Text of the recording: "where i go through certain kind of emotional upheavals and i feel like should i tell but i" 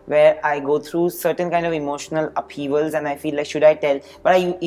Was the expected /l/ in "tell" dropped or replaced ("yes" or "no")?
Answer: no